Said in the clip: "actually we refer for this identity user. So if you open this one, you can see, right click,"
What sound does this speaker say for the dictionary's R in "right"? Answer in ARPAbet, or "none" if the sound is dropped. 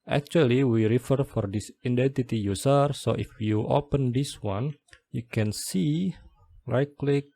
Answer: L